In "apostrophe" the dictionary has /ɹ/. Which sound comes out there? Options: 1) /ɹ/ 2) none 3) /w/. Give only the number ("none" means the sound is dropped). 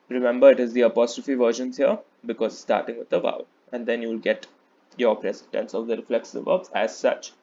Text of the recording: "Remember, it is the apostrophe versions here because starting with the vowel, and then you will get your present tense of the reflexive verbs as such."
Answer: 1